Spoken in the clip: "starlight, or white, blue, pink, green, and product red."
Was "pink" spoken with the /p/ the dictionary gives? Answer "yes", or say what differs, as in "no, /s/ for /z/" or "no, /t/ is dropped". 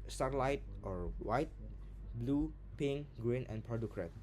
yes